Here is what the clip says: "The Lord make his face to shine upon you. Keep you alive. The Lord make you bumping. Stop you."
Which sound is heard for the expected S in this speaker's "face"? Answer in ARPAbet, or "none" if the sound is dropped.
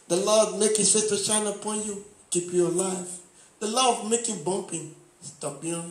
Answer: none